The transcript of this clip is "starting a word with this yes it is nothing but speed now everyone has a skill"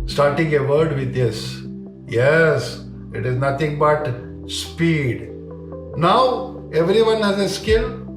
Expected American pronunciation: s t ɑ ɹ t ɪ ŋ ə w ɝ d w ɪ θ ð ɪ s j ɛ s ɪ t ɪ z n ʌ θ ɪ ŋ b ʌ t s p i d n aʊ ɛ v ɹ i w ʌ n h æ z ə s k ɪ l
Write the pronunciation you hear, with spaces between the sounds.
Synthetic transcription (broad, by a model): s t ɑ ɹ t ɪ ŋ ə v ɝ d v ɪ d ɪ s j ɛ s ɪ t ɪ z n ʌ t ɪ ŋ b ʌ t s p i d n aʊ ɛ v ɹ i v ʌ n h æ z ə s k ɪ l